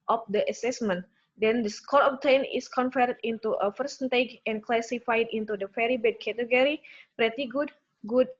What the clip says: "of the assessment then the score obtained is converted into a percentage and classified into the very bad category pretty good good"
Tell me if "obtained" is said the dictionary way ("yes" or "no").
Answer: no